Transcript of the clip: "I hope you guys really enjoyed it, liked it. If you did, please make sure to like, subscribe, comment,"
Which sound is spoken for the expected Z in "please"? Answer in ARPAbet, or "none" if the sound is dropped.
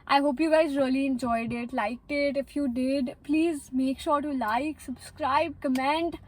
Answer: Z